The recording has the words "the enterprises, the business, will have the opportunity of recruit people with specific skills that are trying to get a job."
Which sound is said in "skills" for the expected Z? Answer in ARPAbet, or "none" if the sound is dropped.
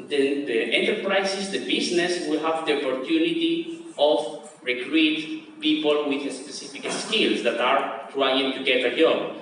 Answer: S